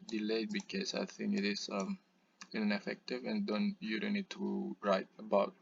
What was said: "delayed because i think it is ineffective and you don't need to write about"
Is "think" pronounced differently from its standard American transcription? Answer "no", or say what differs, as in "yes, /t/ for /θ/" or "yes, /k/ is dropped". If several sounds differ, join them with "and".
no